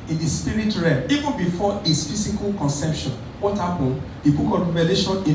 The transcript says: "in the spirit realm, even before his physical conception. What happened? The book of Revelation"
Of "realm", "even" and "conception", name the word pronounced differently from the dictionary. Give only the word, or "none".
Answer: realm